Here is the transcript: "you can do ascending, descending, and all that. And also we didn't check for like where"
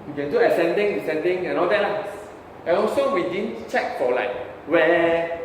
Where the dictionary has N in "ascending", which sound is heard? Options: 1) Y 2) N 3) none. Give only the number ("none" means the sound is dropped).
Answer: 2